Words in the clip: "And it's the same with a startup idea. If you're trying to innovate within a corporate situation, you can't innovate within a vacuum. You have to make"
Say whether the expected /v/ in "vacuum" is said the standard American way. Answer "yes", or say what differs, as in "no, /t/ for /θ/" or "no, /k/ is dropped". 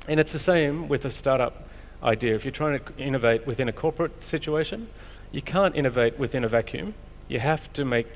yes